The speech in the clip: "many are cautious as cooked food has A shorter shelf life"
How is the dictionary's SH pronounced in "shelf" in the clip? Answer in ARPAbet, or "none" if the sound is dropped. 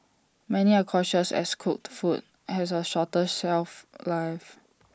S